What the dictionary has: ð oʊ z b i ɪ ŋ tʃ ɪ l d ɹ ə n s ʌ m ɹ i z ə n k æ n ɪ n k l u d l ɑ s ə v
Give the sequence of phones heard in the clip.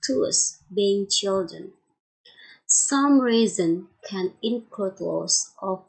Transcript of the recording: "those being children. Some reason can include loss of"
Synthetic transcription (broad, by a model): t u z b i ɪ ŋ tʃ ɪ l d ɹ ə n s ʌ m ɹ i z ə n k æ n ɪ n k ʌ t l ɑ s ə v